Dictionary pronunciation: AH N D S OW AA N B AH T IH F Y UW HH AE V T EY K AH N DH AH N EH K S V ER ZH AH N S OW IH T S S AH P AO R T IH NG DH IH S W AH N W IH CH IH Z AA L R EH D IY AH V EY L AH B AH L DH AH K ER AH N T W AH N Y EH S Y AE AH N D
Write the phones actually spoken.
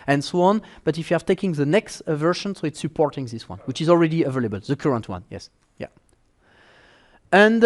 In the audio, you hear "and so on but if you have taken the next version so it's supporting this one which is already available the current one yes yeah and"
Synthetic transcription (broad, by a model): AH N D S OW AA N B AH T IH F Y UW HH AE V T EY K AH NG DH AH N EH K S V ER SH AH N S OW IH T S S AH P AO R T IH NG DH IH S W AH N W IH CH IH Z AA L R EH D IY AH V EY L AH B AH L DH AH K ER AH N T W AH N Y EH S Y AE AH N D